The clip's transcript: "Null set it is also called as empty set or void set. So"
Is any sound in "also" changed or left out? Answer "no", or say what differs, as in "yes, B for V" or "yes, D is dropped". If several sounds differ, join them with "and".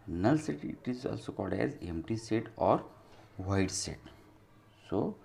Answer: no